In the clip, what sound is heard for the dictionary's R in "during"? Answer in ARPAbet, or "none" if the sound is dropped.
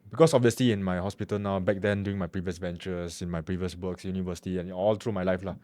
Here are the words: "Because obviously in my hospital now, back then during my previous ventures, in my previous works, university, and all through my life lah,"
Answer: none